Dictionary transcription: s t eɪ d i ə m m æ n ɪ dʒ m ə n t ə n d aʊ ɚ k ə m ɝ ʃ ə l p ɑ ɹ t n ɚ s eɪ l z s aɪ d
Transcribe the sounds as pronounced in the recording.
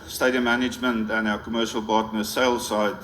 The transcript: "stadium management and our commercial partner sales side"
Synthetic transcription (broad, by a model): s t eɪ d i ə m m æ n ɪ dʒ m ə n t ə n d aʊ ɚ k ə m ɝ ʃ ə l b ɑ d n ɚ s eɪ l s aɪ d